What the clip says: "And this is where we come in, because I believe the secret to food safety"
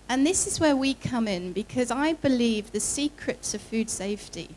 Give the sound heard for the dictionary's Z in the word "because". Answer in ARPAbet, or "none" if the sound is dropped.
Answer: Z